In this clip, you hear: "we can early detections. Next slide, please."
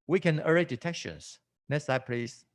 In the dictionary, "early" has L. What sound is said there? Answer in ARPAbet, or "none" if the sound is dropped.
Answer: none